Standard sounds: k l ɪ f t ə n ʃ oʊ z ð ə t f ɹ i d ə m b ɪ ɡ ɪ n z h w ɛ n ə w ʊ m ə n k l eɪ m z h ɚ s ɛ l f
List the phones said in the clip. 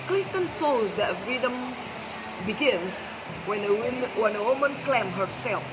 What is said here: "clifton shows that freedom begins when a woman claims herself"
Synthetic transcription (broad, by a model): k l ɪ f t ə n s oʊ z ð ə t f ɹ i d ə m b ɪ ɡ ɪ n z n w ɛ n ə w ʊ m ə n k l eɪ m h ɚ s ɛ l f